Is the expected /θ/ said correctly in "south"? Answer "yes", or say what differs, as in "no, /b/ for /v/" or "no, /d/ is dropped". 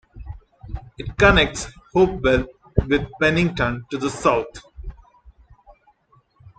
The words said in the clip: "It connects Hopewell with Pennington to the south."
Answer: no, /t/ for /θ/